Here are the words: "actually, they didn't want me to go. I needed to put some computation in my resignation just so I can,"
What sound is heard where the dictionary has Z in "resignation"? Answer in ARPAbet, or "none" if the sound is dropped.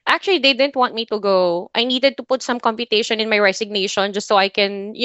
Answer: S